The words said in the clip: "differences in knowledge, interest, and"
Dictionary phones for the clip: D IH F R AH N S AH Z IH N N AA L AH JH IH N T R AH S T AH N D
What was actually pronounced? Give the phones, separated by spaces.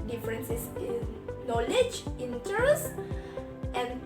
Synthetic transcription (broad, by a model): D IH F R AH N S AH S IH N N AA L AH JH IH N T AH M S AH N